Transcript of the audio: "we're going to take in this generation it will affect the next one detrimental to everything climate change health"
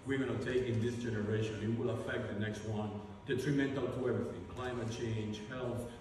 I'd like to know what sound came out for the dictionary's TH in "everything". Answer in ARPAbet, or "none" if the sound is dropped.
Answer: TH